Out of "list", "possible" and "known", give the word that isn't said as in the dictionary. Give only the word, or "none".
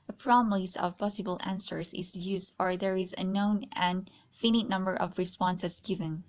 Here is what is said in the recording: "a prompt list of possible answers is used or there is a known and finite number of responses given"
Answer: list